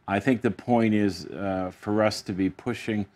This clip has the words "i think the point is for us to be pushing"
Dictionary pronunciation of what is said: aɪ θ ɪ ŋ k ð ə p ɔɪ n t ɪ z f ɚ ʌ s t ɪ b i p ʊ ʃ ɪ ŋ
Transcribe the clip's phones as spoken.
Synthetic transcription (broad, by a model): aɪ θ ɪ ŋ k ð ə p ɔɪ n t ɪ z f ɚ ʌ s t ɪ b i p ʊ ʃ ɪ ŋ